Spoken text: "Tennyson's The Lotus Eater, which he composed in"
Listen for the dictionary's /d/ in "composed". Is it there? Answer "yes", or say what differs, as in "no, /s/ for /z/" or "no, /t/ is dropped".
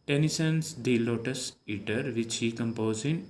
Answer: no, /d/ is dropped